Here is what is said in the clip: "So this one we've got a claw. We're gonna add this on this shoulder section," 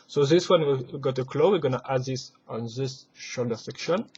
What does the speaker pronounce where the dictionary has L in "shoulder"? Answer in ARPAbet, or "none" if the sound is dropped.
L